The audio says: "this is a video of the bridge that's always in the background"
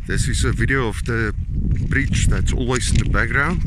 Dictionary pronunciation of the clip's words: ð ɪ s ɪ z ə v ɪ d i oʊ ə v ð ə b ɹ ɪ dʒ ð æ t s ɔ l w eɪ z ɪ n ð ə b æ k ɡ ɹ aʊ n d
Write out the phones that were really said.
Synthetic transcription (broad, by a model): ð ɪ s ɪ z ə v ɪ d i oʊ ə v ð ə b ɹ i tʃ ð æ t s ɔ l w eɪ z ɪ n ð ə b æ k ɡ ɹ aʊ n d